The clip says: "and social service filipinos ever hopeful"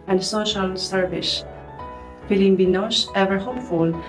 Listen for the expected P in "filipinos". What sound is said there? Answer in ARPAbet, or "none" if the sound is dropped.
B